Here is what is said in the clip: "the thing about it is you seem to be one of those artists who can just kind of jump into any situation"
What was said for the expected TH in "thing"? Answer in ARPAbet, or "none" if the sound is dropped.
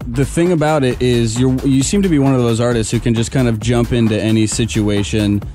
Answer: TH